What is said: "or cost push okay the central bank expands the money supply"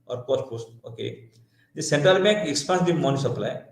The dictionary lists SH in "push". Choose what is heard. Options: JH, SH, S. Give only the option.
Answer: S